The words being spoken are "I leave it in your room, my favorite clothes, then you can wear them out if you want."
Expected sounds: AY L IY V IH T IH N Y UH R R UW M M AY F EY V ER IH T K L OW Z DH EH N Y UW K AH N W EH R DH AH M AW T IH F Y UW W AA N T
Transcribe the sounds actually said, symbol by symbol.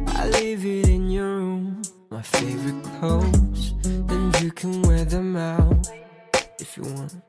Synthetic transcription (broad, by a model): AY L IY V IH T IH N Y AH R R UW M M AY F EY V ER IH T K OW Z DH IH N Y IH K AH N W EH R DH AH M AW T IH F Y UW W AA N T